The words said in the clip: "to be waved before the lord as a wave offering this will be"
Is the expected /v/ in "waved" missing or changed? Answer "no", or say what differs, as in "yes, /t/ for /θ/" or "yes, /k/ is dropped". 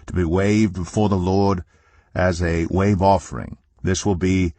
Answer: no